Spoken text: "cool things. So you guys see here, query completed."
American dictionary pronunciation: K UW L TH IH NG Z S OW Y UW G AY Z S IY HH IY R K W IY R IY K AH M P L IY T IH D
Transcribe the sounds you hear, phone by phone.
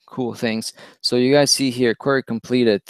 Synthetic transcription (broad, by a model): K UW L TH IH NG Z S OW Y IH G AY Z S IY HH IY R K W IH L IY K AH M P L IY T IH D